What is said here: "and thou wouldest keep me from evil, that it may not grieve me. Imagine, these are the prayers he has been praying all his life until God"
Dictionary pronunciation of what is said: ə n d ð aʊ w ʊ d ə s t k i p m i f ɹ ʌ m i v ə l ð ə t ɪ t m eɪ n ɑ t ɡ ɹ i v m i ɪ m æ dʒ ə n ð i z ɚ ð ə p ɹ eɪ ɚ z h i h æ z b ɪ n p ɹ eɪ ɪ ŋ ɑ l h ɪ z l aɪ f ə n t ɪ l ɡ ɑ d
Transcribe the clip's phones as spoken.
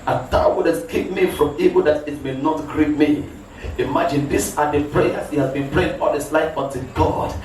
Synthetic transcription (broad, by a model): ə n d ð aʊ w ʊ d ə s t k i p m i f ɹ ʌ m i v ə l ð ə t ɪ t m eɪ n ɑ t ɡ ɹ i p m i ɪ m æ dʒ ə n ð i s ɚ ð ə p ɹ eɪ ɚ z h i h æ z b ɪ n p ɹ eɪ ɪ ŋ ɑ l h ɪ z l aɪ f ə n t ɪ ɡ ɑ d